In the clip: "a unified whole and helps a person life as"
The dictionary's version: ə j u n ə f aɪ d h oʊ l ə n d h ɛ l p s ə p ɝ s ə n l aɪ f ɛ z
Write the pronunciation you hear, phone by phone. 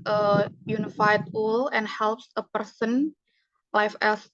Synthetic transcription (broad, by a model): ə j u n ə f aɪ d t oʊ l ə n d h ɛ l p s ə p ɝ s ə n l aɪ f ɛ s